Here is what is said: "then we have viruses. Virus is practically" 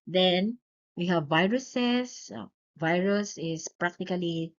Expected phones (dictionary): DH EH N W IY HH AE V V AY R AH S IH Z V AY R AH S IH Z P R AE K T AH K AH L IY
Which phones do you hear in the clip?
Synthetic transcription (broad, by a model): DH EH N W IY HH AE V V AY R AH S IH S V AY R AH S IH S P R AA K T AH K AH L IY